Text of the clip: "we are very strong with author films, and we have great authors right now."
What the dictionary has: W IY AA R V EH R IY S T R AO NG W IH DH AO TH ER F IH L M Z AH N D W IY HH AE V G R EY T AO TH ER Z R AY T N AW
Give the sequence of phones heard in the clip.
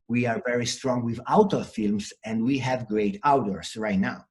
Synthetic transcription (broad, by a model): W IY AA R V EH R IY S T R AO NG W IH DH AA T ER F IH L M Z AH N D W IY HH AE V G R EY T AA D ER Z R AY T N AW